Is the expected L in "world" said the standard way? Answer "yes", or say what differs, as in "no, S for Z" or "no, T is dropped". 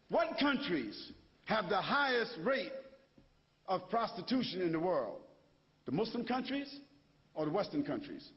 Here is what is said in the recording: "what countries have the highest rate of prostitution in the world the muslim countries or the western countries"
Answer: yes